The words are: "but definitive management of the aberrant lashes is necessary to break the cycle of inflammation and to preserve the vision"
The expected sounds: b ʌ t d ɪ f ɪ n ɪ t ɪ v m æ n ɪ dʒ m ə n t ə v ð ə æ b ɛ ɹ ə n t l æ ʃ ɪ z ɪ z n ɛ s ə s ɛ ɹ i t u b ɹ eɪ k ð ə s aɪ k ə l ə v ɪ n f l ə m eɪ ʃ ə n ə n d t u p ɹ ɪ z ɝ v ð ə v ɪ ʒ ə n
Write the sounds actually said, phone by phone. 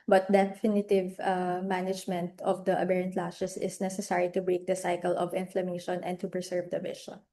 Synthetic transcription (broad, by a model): b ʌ t d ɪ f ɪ n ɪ t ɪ v m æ n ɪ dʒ m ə n t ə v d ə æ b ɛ ɹ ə n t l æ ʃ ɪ s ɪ s n ɛ s ə s ɛ ɹ i t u b ɹ eɪ k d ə s aɪ k ə l ə v ɪ n f l ə m eɪ ʃ ə n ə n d t u p ɹ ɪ s ɝ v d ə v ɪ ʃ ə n